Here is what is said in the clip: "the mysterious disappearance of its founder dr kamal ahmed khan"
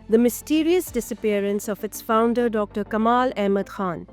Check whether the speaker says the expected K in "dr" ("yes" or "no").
yes